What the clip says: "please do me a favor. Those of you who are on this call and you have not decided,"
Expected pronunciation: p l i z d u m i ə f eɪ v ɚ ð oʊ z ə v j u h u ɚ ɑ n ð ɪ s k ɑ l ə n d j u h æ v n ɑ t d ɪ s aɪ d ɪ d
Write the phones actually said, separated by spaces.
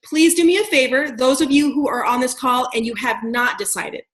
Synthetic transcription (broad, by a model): p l i z d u m i ə f eɪ v ɚ ð oʊ z ə v j u h u ɚ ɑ n ð ɪ s k ɑ l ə n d j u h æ v n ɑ t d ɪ s aɪ d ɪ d